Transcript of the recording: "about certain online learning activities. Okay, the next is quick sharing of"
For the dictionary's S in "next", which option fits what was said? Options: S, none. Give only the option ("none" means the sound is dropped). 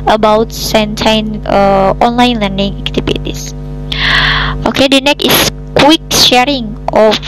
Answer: none